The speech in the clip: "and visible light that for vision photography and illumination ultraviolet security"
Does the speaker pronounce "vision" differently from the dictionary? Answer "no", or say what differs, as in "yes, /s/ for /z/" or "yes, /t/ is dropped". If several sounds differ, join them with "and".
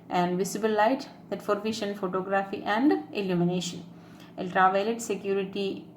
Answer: yes, /ʃ/ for /ʒ/